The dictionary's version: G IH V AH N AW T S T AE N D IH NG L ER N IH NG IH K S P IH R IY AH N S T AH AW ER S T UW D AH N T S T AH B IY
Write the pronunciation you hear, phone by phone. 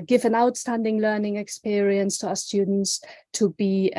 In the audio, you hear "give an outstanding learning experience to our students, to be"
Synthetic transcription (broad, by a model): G IH V AH N AW T S T AE N D IH NG L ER N IH NG IH K S P IH R IY AH N S T AH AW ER S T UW D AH N T S T AH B IY